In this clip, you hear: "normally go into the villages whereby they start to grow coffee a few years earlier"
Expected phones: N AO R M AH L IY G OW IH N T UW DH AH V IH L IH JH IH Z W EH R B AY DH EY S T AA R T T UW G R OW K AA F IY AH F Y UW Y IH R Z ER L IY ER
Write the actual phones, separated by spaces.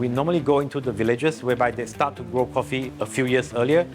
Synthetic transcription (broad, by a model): N AO M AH L IY G OW IH N T UW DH AH V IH L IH JH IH S W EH B AY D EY S T AA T T UW G R OW K AA F IY AH F Y UW Y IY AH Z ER L IY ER